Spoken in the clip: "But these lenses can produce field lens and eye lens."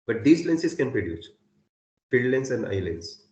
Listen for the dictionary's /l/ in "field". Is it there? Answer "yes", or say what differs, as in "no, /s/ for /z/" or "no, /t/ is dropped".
no, /l/ is dropped